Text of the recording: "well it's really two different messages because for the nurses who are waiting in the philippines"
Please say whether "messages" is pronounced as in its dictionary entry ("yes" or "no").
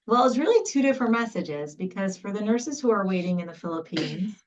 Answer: yes